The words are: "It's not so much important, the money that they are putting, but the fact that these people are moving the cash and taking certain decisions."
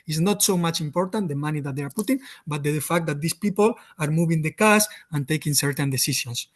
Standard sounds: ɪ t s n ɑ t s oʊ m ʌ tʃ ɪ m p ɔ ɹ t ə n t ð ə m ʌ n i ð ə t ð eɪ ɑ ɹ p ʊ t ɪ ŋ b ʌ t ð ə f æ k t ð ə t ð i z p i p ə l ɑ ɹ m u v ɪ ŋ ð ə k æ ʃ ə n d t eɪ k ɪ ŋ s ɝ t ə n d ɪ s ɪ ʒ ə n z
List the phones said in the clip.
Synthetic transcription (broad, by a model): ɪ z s n ɑ t s oʊ m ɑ tʃ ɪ m p ɔ ɹ t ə n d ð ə m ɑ n i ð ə t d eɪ ɑ ɹ p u t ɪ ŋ b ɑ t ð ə f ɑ k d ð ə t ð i s p i p ə l ɑ ɹ m u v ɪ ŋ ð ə k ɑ s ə n t eɪ k ɪ ŋ s ɝ t ə n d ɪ s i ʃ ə n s